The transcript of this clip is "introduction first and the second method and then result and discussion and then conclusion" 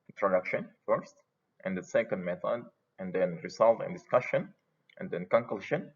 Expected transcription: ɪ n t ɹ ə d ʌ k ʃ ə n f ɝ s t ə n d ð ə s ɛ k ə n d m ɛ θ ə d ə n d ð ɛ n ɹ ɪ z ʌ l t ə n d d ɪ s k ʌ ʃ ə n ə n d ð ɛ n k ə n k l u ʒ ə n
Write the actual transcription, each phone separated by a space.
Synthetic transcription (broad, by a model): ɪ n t ɹ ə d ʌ k ʃ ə n f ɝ s t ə n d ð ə s ɛ k ə n d m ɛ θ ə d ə n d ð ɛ n ɹ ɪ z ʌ l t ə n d d ɪ s k ʌ ʃ ə n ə n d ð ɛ n k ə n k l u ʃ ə n